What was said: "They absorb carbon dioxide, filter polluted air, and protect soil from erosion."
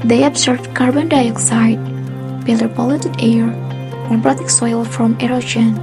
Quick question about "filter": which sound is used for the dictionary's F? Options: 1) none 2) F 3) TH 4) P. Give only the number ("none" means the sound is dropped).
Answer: 4